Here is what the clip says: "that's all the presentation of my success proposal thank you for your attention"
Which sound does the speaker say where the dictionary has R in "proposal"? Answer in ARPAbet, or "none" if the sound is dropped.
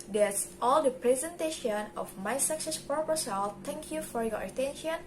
none